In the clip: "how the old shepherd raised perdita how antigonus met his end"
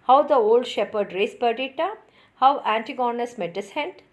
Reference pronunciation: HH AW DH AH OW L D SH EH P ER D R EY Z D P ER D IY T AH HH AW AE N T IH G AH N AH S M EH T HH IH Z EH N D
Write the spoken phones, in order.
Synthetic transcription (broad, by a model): HH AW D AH OW L D SH EH P ER D R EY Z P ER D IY T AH HH AW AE N T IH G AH N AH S M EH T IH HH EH N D